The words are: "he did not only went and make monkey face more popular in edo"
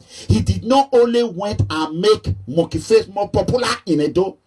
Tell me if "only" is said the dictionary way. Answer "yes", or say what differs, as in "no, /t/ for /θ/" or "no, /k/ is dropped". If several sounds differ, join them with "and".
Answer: yes